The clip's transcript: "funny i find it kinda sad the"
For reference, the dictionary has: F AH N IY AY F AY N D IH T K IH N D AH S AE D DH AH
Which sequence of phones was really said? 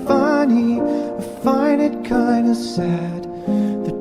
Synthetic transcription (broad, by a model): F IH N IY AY F AY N IH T K IH N D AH S AE D DH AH